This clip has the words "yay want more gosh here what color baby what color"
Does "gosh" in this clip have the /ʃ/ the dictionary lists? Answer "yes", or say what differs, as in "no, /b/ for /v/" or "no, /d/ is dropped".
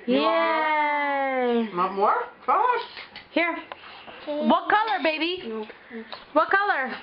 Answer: no, /s/ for /ʃ/